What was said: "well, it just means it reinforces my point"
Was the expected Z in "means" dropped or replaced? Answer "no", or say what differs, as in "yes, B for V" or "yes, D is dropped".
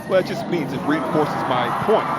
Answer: no